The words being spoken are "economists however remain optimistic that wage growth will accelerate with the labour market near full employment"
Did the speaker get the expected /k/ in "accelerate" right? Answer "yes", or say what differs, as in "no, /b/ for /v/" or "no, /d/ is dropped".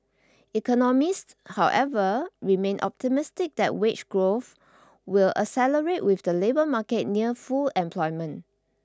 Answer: no, /k/ is dropped